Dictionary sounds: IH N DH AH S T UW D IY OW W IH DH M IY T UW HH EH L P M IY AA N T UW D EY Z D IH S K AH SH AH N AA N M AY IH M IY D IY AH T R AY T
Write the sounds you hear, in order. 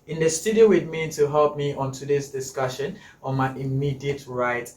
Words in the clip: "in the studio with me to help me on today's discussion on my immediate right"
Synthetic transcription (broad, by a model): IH N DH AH S T UW D IY OW W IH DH M IY T UW HH EH L P M IY AA N T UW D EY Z D IH S K AH SH AH N AA N M AY IH M IY D IY AH T R AY T